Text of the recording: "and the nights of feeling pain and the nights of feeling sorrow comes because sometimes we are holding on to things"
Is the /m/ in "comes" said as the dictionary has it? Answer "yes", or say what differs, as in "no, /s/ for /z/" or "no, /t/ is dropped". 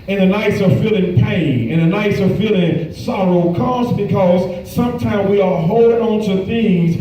no, /m/ is dropped